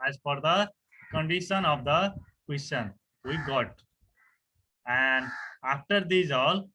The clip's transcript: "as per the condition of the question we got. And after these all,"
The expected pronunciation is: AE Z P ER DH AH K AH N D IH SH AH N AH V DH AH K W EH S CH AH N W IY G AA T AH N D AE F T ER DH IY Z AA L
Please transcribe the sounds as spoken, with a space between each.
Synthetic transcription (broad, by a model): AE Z F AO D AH K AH N D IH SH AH N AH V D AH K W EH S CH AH N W IY G AA T AH N D AE F T ER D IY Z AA L